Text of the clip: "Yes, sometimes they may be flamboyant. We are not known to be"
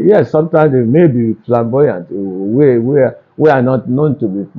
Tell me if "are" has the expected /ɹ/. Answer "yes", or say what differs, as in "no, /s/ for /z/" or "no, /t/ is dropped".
no, /w/ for /ɹ/